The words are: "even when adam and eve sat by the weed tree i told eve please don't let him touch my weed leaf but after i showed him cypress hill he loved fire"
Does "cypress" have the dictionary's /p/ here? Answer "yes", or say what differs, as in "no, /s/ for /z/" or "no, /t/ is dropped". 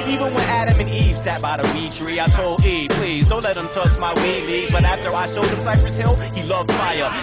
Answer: no, /f/ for /p/